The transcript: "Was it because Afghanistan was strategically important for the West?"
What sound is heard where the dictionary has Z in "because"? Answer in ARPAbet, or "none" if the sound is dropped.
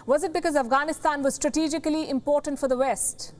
Z